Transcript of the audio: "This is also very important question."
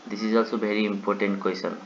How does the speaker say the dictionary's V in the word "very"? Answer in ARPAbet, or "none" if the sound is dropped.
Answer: B